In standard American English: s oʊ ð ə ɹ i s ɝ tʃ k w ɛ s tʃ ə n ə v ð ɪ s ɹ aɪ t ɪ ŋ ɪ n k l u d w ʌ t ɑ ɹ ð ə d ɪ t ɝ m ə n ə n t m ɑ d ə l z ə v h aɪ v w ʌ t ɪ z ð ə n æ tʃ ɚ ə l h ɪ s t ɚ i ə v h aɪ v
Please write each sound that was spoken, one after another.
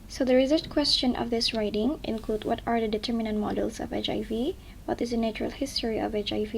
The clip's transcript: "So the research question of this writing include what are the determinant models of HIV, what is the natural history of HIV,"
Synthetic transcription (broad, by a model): s oʊ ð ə ɹ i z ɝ s k w ɛ s tʃ ə n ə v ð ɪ s ɹ aɪ t ɪ ŋ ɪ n k l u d w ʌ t ɑ ɹ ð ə d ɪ t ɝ m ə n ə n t m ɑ d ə l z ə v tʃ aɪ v w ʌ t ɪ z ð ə n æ tʃ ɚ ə l h ɪ s t ɚ i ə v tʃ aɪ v